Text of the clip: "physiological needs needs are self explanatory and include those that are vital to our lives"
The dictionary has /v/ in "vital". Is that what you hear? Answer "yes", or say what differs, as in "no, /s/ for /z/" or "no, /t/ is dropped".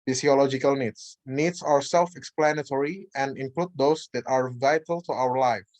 yes